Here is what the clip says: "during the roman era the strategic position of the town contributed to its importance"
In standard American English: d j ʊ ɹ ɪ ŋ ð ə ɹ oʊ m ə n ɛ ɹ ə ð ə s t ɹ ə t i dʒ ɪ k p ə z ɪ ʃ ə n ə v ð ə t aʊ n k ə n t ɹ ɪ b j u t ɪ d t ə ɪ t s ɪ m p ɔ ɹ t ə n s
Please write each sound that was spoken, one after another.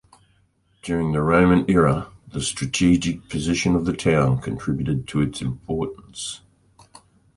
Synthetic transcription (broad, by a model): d j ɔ ɹ ɪ ŋ ð ə ɹ oʊ m ə n ɛ ɹ ə ð ə s t ɹ ə t i dʒ ɪ k p ə z ɪ ʃ ə n ə v ð ə t aʊ n k ə n t ɹ ɪ b j u t ɪ d t ə ɪ t s ɪ m p ɔ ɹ t n s